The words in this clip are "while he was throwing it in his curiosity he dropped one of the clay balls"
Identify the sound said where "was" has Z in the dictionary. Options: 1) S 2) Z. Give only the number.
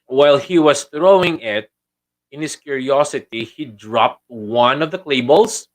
1